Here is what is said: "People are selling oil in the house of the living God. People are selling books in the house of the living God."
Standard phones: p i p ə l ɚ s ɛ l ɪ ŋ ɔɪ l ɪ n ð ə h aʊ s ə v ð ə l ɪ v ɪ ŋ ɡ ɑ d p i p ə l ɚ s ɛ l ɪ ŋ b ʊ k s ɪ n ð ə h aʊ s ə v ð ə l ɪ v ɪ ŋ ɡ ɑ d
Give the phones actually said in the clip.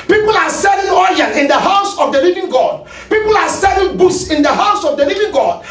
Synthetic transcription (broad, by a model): p i p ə l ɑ s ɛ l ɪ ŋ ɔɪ n ɪ n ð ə h aʊ s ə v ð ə l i v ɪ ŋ ɡ ɑ d p i p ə l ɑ s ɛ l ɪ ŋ b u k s ɪ n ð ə h aʊ s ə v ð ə l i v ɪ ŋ ɡ ɑ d